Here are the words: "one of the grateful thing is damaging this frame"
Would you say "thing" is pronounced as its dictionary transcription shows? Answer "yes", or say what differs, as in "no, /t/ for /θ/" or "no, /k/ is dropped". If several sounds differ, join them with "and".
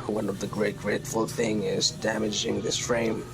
yes